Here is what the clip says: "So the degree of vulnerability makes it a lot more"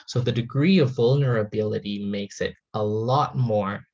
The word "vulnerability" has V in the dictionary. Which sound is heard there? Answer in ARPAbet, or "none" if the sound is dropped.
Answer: V